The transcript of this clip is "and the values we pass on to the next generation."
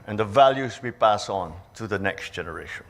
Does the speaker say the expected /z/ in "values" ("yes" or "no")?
yes